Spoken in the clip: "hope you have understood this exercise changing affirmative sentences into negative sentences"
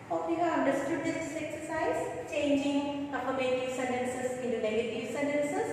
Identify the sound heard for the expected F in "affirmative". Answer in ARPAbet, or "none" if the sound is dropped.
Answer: P